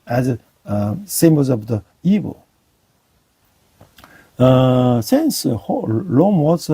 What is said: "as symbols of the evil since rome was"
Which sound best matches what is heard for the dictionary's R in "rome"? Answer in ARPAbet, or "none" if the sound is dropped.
L